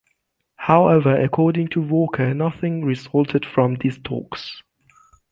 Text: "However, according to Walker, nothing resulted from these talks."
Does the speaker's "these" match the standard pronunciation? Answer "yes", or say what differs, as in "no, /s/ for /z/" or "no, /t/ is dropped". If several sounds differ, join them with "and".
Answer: no, /s/ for /z/